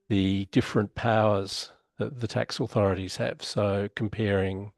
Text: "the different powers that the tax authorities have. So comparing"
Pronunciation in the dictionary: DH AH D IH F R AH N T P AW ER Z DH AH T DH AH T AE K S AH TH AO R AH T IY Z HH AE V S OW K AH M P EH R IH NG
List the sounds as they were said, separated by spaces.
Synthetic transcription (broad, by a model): DH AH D IH F R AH N P AW ER Z DH AH T DH AH T AE K S AH TH AO R AH T IY Z HH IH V S OW K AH M P EH R IH NG